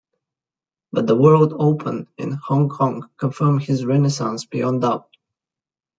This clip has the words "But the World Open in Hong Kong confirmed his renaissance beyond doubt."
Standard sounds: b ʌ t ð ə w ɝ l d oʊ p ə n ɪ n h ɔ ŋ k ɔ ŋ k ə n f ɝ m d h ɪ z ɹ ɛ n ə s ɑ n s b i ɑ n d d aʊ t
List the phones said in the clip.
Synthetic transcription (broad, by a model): b ʌ t ð ə w ɝ l d oʊ p ə n ɪ n h ɔ ŋ k ɔ ŋ k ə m f ɝ m h ɪ z ɹ ɛ n ə s ɑ n s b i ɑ n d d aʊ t